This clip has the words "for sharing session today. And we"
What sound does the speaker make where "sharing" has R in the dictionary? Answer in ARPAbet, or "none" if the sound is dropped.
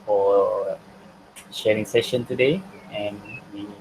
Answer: R